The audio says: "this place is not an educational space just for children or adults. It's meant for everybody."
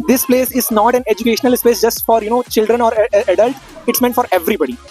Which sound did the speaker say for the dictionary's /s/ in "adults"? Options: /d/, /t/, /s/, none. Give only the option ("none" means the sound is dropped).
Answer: none